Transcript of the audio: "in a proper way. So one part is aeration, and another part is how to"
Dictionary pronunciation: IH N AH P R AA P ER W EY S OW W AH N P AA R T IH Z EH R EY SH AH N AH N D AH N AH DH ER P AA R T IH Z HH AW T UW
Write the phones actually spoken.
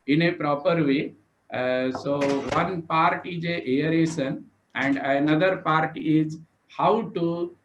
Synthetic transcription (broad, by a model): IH N AH P R AA P ER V EY S OW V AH N P AA R T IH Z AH R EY S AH N AH N D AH N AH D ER P AA R T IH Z HH AW T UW